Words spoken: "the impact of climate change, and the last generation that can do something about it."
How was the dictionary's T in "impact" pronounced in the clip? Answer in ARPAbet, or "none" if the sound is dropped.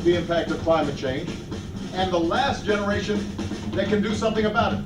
T